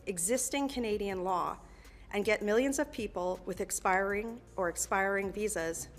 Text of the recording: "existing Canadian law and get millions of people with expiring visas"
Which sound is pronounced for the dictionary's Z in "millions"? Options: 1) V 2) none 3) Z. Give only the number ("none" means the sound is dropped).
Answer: 3